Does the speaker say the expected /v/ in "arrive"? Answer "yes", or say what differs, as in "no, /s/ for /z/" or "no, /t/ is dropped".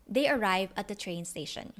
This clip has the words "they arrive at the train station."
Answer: yes